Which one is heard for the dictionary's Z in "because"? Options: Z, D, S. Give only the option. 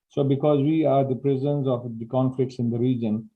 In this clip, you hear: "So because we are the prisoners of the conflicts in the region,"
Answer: Z